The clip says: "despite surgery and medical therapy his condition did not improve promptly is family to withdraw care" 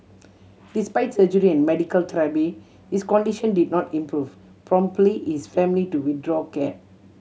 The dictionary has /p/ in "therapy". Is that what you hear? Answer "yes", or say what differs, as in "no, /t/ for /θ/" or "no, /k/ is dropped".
no, /b/ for /p/